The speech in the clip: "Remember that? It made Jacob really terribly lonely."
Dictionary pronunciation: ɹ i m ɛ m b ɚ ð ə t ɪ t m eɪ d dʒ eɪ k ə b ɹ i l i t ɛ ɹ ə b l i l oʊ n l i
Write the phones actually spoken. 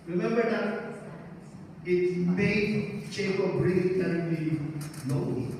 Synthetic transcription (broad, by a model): ɹ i m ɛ m b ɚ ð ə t ɪ t m eɪ d tʃ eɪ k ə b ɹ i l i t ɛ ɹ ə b i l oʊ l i